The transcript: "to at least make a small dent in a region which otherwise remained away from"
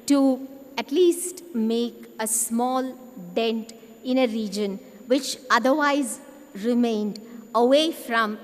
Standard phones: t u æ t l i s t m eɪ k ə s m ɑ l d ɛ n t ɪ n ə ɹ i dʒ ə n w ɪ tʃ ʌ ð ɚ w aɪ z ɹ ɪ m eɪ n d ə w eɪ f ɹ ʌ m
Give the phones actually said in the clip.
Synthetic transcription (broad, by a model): t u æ t l i s t m eɪ k ə s m ɑ l d ɛ n t ɪ n ə ɹ i dʒ ə n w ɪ tʃ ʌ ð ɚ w aɪ z ɹ ɪ m eɪ n d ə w eɪ f ɹ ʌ m